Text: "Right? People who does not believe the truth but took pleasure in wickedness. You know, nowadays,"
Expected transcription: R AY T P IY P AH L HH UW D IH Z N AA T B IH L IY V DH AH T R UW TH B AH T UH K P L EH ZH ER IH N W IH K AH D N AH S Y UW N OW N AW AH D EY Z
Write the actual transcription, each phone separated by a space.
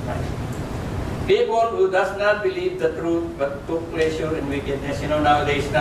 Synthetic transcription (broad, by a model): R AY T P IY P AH N HH UW D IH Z N AA T B IH L IY V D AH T R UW T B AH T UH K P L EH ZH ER IH N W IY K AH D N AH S Y UW N OW N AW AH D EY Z